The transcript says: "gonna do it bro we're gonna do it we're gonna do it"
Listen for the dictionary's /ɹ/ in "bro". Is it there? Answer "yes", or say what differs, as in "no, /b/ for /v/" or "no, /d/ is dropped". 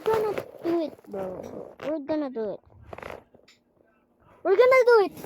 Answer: no, /ɹ/ is dropped